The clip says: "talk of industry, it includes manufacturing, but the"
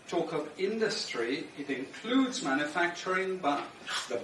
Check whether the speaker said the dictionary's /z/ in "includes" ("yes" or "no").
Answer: yes